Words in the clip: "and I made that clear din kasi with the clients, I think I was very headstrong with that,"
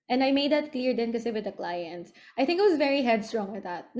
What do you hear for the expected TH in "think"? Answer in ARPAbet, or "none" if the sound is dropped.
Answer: TH